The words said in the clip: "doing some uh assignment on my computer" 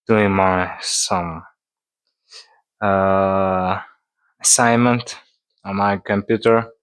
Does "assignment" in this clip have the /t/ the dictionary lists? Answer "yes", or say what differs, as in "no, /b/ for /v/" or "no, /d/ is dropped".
yes